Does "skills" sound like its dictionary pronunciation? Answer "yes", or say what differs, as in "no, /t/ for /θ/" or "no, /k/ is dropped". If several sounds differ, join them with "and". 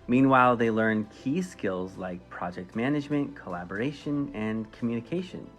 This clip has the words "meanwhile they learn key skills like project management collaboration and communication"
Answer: yes